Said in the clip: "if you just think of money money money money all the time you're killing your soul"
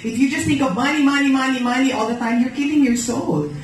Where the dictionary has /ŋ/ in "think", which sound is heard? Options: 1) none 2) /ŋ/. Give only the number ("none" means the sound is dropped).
1